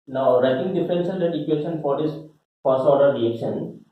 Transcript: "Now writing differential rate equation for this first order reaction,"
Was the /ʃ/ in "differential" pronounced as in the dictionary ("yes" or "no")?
no